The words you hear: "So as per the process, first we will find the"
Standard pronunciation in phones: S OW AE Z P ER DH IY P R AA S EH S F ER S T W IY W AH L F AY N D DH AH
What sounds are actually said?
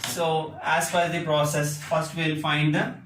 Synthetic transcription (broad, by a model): S OW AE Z F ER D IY P R AA S EH S F ER S T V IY L F AY N D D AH